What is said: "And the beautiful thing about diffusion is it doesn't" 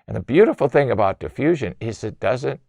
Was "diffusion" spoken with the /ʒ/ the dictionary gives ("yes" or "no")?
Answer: yes